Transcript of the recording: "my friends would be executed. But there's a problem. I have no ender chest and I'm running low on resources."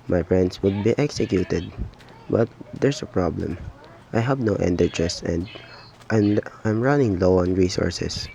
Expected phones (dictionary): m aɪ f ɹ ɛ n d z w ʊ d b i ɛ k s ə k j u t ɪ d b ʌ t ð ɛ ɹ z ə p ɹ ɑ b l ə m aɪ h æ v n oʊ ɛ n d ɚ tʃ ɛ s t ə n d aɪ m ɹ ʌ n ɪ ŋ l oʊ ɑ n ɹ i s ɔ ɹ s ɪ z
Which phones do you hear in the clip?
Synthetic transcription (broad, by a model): m aɪ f ɹ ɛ n d s w ʊ d b i ɛ k s ə k j u t ɪ d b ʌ t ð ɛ ɹ s ə p ɹ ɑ b l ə m aɪ h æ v n oʊ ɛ n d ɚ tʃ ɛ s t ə n d aɪ m ɹ ʌ n ɪ ŋ l oʊ ɑ n ɹ i s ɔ ɹ s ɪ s